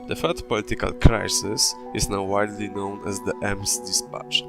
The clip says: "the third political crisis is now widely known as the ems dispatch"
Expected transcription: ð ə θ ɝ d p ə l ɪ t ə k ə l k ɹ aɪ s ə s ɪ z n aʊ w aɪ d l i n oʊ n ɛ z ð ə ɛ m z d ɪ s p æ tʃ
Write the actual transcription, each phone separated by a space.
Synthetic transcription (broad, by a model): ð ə f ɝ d p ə l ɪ t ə k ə l k ɹ aɪ s ə s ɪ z n aʊ w aɪ d l i n oʊ n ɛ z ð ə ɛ m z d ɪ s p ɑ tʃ